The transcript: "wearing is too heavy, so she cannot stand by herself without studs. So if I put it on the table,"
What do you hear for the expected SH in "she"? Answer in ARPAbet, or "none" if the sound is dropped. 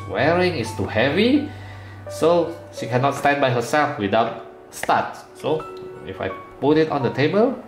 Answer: SH